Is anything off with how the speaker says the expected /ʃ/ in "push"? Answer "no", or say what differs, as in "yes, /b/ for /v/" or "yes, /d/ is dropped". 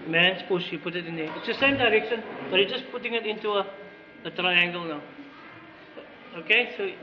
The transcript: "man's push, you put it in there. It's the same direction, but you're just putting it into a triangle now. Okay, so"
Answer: yes, /s/ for /ʃ/